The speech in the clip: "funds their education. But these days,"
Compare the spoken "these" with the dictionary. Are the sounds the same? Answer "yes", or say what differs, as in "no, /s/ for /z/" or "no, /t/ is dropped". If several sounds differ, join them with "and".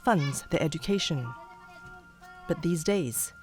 yes